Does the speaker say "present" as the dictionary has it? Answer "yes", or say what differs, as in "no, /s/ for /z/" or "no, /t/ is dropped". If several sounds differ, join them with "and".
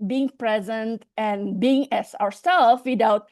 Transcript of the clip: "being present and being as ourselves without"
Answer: yes